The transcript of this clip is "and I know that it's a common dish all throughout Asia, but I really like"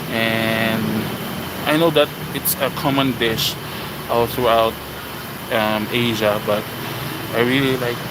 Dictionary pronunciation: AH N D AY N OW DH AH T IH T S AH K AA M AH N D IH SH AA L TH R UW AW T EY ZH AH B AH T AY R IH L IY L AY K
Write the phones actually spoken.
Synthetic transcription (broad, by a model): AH N AY N OW DH AH T IH T S AH K AA M AH N D IH SH AA L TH R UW AW T EY ZH AH B AH T AY R IH L IY L AY K